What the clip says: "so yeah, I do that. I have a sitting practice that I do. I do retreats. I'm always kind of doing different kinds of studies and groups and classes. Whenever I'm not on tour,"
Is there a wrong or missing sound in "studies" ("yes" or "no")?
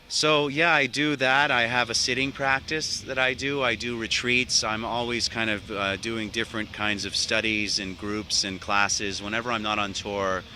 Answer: no